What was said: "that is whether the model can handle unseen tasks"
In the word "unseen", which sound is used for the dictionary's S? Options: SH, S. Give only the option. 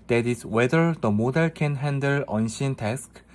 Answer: SH